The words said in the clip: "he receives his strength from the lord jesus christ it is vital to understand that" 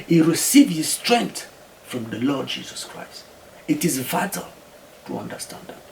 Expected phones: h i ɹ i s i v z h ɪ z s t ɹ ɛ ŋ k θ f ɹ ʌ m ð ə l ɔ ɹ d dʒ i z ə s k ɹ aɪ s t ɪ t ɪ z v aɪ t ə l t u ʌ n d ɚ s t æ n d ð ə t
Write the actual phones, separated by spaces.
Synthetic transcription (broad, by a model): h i ɹ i s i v h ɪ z s t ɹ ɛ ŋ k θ f ɹ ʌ m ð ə l ɔ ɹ d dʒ i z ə s k ɹ aɪ s t ɪ t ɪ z v aɪ t ə l t u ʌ n d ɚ s t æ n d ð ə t